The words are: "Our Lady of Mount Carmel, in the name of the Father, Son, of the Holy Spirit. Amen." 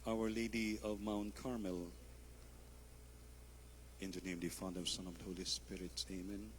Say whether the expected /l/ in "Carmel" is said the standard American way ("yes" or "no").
yes